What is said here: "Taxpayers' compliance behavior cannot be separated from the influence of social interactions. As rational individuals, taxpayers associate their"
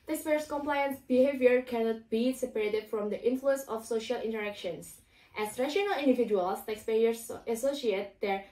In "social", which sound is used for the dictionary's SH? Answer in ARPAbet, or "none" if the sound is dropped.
SH